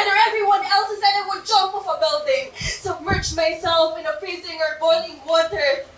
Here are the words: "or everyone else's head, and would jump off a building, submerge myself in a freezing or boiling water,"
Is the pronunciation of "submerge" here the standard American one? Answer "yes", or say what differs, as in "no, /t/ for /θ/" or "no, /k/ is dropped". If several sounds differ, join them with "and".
no, /tʃ/ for /dʒ/